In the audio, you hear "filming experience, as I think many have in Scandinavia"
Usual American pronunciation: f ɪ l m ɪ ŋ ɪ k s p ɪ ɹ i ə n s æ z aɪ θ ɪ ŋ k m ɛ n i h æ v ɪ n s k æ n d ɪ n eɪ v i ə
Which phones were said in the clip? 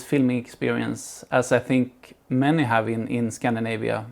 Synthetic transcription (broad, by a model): f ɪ l m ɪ ŋ ɪ k s p ɪ ɹ i ə n s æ s aɪ θ ɪ ŋ k m ɛ n i h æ v ɪ n s k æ n d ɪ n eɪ v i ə